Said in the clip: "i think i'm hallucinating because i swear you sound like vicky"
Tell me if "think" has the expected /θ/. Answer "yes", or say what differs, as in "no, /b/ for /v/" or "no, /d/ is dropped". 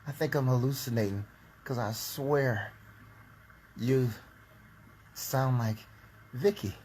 yes